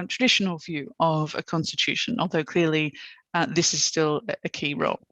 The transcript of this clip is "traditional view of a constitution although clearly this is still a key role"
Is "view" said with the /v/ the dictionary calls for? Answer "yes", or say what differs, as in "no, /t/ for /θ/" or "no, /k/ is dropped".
yes